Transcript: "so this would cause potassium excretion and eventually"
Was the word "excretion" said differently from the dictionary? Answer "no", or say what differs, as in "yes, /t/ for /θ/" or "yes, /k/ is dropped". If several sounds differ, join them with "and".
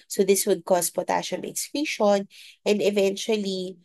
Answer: yes, /ɹ/ is dropped